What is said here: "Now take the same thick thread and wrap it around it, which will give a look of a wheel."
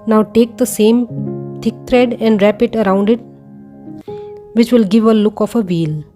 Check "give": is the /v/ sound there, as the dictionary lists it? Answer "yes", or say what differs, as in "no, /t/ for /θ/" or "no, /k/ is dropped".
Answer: yes